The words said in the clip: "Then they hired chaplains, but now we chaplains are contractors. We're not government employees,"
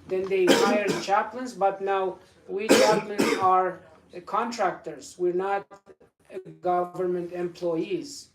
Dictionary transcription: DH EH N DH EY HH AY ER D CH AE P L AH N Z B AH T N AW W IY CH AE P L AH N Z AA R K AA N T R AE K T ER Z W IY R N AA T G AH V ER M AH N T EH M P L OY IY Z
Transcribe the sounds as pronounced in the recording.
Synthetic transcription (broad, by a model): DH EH N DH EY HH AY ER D CH AE P L AH N Z B AH T N AW W IY CH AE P L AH N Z AA R K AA N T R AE K T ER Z W IY R N AA T G AH V ER M AH N T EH M P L OY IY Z